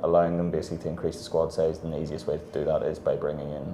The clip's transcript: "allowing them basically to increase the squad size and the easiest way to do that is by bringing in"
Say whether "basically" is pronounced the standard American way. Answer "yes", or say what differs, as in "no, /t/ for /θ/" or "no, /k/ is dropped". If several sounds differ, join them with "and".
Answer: no, /s/ is dropped